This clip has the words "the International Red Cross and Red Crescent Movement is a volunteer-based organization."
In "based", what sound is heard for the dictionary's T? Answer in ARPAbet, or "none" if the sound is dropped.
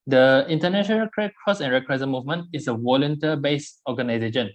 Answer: none